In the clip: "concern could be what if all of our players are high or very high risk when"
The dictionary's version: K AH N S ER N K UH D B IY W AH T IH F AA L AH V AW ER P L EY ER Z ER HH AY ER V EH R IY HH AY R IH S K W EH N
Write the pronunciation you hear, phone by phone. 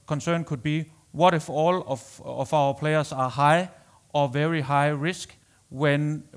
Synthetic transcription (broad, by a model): K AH N S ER N K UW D B IY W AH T IH F AA L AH F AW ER P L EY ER S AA HH AY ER V EH R IY HH AY R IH S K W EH N